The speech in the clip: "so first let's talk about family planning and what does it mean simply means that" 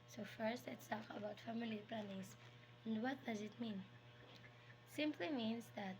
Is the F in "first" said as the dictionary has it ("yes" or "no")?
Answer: yes